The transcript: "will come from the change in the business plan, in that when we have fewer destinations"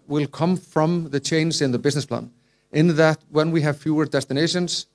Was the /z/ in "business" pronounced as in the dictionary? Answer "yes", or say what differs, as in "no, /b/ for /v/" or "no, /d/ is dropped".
yes